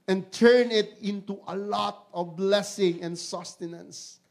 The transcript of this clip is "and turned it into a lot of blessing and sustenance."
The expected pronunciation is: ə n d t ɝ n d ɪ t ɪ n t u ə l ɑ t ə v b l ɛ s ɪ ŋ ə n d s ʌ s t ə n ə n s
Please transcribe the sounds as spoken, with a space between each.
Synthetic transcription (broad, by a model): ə n t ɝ n ɪ t ɪ n t u ə l ɑ t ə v b l ɛ s ɪ ŋ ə n s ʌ s t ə n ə n s